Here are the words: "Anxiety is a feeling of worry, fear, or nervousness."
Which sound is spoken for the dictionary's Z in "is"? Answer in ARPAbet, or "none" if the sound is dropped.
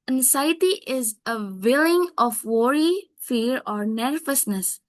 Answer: Z